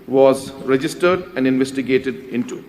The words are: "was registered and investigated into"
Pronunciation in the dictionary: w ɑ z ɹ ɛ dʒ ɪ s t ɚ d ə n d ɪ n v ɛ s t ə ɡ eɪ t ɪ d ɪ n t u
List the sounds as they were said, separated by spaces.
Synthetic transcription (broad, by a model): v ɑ z ɹ ɛ dʒ ɪ s t ɚ d ə n d ɪ n v ɛ s t ə ɡ eɪ t ɪ d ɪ n t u